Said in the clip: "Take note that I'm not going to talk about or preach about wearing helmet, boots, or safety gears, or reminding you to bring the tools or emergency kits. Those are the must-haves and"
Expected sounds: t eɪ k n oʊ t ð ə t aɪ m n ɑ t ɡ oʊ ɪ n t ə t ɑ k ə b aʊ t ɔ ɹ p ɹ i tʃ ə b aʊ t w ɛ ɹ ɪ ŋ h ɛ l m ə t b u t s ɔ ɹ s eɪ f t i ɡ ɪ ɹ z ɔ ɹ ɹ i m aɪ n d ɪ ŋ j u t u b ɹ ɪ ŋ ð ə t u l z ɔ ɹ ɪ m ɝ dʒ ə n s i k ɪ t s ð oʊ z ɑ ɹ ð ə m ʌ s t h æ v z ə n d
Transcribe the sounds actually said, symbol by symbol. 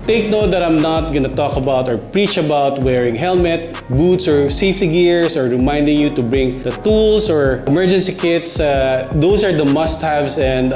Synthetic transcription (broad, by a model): t eɪ k n oʊ t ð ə t aɪ m n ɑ t ɡ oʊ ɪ n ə t ɑ k ə b aʊ t ɔ ɹ p ɹ i tʃ ə b aʊ t w ɛ ɹ ɪ ŋ h ɛ l m ə t b u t s ɔ ɹ s eɪ f t i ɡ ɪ ɹ s ɔ ɹ ɹ i m aɪ n d ɪ ŋ j u t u b ɹ ɪ ŋ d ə t u l s ɔ ɹ ɪ m ɝ dʒ ə n s i k ɪ t s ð oʊ s ɑ ɹ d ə m ʌ s t h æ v s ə n d